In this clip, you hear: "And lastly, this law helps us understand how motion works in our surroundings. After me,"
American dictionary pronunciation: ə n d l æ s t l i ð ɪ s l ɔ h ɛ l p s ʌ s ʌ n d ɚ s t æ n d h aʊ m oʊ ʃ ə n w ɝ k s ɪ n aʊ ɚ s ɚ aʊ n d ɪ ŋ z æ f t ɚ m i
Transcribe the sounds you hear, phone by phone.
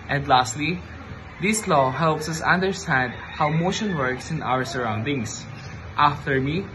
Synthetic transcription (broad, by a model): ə n d l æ s t l i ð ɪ s l ɔ h ɛ l p s ʌ s ʌ n d ɚ s t æ n d h aʊ m oʊ ʃ ə n w ɝ k s ɪ n aʊ ɚ s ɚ aʊ n d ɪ ŋ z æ f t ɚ m i